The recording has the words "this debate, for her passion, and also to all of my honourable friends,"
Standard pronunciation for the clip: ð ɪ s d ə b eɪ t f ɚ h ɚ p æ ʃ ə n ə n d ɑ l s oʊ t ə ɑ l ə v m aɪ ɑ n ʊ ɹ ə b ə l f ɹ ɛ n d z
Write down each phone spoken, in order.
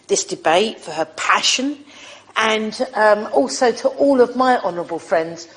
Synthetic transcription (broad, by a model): ð ɪ s d ə b eɪ t f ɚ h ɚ p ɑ ʃ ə n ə n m ɑ l s oʊ t ə ɑ l ə v m aɪ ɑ n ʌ ɹ ə b ə l f ɹ ɛ n d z